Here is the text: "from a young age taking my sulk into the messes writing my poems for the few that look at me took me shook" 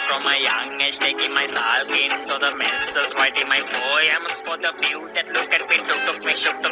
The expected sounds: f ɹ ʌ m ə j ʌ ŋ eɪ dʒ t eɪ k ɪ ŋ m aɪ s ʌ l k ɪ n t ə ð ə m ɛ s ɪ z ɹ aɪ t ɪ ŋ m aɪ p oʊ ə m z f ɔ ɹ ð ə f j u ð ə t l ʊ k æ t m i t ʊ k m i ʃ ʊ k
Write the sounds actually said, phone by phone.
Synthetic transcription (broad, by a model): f ɹ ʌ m ə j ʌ ŋ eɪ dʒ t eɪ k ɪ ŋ m aɪ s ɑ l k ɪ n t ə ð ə m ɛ s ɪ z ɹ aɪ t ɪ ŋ m aɪ b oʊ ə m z f ɔ ɹ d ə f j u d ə t l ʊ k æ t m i t ʊ k m i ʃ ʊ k